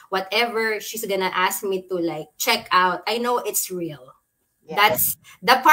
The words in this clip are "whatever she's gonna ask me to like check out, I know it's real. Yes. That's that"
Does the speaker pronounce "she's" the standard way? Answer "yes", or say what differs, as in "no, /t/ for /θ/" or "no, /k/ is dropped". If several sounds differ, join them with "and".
no, /s/ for /z/